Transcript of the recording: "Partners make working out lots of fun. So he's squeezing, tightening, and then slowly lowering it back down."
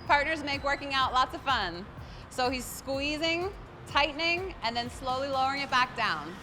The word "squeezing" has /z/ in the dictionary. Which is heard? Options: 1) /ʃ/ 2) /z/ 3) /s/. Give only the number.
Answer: 2